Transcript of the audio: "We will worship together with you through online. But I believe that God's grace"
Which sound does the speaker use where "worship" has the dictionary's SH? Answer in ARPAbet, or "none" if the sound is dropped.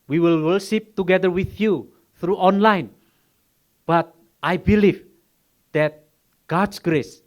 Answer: S